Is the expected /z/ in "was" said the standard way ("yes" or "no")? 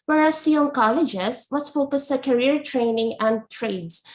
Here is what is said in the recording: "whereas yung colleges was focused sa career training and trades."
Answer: no